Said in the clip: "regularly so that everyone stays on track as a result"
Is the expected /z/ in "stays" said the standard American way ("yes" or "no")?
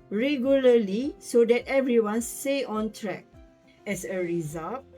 no